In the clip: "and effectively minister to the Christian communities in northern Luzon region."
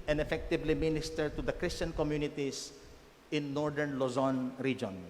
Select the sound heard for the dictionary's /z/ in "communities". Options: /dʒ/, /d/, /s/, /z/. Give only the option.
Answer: /s/